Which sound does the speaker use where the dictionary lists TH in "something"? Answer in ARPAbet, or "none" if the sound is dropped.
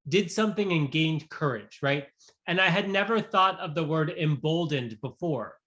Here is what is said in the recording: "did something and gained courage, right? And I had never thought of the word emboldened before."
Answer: TH